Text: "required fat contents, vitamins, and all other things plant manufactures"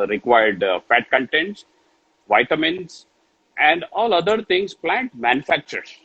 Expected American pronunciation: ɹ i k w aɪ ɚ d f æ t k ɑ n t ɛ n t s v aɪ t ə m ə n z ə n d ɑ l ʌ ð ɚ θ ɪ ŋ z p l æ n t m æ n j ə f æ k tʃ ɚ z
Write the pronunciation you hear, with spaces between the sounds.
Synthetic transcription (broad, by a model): ɹ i k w aɪ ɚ d f æ t k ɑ n t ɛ n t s v aɪ t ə m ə n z ə n d ɑ l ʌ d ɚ t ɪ ŋ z p l æ n t m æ n j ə f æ k tʃ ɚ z